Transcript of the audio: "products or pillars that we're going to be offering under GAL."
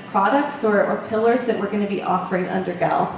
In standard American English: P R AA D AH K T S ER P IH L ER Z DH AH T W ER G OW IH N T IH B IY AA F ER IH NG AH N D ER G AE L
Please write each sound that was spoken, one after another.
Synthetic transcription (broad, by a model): P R AA D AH K T S ER P IH L ER Z DH AH T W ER G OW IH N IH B IY AA F ER IH NG AH N D ER G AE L